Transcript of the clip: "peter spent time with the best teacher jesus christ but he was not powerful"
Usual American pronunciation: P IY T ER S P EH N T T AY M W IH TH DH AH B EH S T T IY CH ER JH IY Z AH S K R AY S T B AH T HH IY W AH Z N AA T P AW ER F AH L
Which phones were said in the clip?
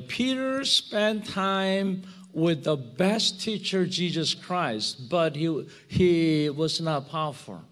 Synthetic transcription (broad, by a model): P IY T ER S P EH N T T AY M W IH DH AH B EH S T T IY CH ER JH IY Z AH S K R AY S T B AH T HH IY W AH Z N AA T P AW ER F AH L